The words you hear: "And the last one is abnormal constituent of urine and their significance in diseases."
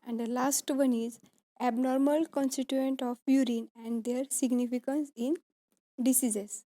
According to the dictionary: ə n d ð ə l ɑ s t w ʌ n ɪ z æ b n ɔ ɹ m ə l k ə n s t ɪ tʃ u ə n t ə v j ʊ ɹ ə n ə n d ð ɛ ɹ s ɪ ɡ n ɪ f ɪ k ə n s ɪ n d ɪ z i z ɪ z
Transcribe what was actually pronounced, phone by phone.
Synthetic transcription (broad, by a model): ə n d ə l ɑ s t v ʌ n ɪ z æ b n ɔ ɹ m ə l k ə n s t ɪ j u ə n t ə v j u ɹ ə n ə n d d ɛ ɹ s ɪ ɡ n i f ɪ k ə n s ɪ n d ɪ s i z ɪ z